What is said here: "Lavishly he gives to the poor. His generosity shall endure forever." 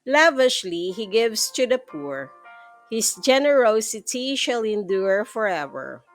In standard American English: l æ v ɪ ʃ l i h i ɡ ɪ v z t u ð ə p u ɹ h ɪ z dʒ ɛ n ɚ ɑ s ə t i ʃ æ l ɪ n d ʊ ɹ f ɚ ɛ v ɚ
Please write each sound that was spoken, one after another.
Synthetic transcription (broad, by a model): l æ v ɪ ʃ l i h i ɡ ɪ v s t u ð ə p u ɹ h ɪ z dʒ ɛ n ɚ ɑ s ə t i ʃ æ l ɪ n d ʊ ɹ f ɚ ɛ v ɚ